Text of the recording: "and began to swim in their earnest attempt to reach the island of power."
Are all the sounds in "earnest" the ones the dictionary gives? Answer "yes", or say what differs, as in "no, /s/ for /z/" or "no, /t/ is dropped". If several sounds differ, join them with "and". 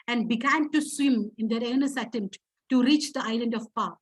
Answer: no, /t/ is dropped